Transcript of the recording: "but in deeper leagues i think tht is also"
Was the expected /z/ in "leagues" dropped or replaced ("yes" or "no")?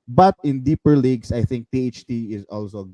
yes